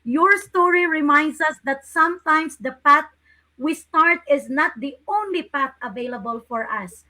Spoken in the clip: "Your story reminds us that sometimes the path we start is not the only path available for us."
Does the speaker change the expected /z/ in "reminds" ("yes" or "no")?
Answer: yes